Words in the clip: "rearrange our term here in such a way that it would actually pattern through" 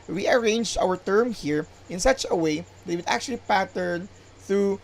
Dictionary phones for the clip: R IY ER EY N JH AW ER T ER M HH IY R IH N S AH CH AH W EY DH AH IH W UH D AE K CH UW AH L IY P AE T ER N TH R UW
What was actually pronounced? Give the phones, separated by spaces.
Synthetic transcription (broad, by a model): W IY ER EY N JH AW ER T ER M HH IY R IH N S AH CH AH W EY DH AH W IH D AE K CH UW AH L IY P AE T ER N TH R UW